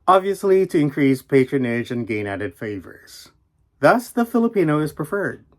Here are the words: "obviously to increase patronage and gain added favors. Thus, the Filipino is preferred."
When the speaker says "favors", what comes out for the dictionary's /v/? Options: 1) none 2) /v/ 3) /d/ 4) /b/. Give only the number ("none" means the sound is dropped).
2